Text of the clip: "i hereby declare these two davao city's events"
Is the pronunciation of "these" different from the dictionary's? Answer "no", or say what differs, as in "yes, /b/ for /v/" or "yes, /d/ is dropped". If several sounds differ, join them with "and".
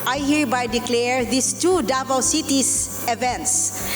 yes, /s/ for /z/